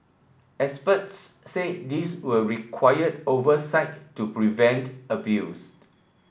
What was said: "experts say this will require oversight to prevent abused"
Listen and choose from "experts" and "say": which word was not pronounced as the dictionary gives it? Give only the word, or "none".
experts